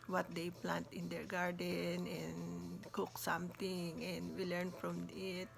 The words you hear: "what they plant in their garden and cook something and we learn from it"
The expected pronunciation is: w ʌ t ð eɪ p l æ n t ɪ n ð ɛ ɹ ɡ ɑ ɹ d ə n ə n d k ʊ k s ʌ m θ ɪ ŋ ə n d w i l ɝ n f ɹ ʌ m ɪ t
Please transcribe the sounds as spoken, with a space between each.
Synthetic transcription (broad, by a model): w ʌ t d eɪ p l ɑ n t ɪ n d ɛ ɹ ɡ ɑ ɹ d ə n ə n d k ʊ k s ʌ m t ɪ ŋ ə n d w i l ɝ n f ɹ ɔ m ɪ t